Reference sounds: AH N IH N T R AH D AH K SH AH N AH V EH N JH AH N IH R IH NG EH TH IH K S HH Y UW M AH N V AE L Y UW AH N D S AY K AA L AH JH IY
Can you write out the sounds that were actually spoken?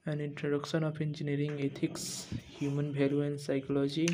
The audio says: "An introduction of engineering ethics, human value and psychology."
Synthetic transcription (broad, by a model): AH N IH N T R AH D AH K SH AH N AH P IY N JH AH N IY R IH NG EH T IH K S HH Y UW M AH N B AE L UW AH N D S AY K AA L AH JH IY